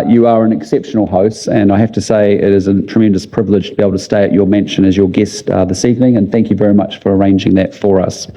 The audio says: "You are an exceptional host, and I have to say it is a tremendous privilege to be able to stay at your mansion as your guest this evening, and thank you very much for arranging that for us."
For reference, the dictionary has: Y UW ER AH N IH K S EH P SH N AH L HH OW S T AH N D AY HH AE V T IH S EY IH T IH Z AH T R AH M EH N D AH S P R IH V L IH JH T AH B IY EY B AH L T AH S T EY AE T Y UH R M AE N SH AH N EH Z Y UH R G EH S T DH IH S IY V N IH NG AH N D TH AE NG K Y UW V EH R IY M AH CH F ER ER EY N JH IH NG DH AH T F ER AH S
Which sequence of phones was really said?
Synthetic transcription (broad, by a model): Y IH ER AH N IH K S EH P SH N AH L HH OW S T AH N AY HH AE F T IH S EY IH T IH Z AH T R AH M EH N D AH S P R IH V L IH JH T AH B IY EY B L T AH S T EY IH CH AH R M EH N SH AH N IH Z Y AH R G EH S T DH IH S IY V N IH NG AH N TH AE NG K Y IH V EH R IY M AH CH F ER ER EY N JH IH NG DH AH T F ER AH S